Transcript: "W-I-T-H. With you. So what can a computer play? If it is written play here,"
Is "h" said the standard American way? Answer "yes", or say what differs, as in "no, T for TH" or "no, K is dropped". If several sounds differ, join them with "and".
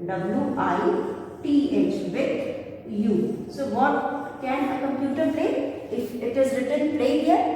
yes